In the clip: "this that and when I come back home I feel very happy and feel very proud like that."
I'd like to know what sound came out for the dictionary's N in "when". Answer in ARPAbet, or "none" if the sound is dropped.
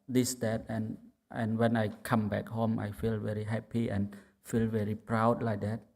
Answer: N